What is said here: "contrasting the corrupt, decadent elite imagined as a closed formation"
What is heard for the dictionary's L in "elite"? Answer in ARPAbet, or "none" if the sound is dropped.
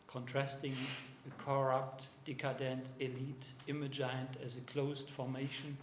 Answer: L